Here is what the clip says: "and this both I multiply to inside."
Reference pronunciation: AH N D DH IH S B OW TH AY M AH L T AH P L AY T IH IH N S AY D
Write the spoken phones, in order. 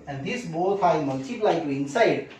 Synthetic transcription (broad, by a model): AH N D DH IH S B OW F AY M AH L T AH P L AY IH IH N S AY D